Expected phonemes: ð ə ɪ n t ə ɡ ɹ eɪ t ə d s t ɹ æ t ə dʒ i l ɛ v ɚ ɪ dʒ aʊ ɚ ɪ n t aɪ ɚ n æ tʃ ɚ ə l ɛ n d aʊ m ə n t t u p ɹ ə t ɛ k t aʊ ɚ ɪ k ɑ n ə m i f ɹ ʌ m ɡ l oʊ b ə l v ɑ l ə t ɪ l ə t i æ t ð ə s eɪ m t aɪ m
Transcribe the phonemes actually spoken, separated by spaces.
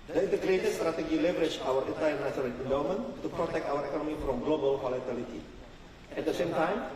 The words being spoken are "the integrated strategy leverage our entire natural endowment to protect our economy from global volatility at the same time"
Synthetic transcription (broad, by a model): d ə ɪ n t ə ɡ ɹ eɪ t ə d s t ɹ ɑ t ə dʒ i l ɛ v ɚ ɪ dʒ aʊ ɚ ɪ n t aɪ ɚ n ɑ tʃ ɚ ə n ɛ n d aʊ m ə n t t u p ɹ ə t ɛ k t aʊ ɚ ɪ k ɑ n ə m i f ɹ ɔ m ɡ l oʊ b ə l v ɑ l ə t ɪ l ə t i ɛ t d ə s eɪ m t aɪ m